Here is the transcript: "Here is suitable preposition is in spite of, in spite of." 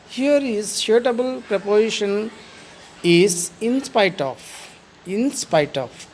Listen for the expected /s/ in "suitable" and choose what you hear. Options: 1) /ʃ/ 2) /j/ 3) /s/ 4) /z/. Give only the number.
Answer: 1